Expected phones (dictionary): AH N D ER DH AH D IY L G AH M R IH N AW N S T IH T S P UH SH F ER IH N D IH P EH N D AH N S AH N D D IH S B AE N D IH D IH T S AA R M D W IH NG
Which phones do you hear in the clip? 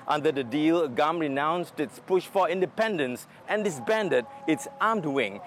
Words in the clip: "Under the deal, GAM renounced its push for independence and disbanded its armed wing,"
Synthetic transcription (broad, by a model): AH N D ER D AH D IY L G AH M R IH N AW N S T IH T S P UH SH F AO IH N D IH P EH N D AH N S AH N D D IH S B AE N D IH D IH T S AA M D W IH NG